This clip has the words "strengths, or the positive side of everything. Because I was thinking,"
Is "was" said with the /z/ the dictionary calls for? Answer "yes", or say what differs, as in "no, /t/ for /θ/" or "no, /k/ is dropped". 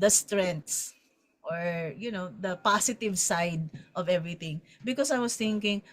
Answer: no, /s/ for /z/